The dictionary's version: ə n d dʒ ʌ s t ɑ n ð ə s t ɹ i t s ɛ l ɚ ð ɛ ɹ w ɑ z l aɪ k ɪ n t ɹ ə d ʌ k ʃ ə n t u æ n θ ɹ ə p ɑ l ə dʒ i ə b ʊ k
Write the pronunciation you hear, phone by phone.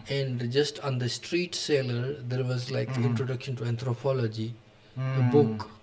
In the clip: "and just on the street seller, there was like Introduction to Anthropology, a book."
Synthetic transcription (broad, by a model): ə n d dʒ ʌ s t ɑ n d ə s t ɹ i t s ɛ l ɚ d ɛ ɹ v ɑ z l aɪ k ɪ n t ɹ ə d ʌ k ʃ ə n t u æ n t ɹ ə p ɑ l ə dʒ i ə b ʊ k